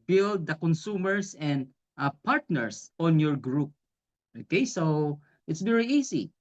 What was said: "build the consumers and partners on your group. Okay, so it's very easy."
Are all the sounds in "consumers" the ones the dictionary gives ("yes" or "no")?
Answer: no